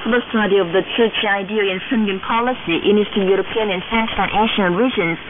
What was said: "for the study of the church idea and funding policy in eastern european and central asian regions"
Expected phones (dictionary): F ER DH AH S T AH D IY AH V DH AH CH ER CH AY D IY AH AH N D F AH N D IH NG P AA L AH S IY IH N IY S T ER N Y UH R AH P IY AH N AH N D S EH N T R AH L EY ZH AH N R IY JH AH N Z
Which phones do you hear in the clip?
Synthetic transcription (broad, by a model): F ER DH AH S T AH D IY AH V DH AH CH ER CH AY D IY AH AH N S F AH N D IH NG P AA L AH S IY IH N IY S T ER Y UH R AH P IY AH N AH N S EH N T AH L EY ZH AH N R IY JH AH N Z